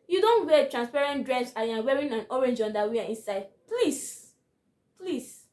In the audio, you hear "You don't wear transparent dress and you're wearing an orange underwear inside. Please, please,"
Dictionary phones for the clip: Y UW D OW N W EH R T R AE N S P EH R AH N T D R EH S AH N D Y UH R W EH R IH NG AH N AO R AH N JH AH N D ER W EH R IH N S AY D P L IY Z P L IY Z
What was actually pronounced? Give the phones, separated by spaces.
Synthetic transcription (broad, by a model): Y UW D OW N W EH T R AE N S P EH R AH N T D R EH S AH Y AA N W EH R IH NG AH N AO R AH N JH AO N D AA W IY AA IH N S AY D P L IY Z P L IY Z